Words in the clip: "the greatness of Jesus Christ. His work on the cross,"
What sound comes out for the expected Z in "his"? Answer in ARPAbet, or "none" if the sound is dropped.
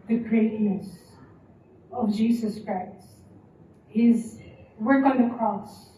Z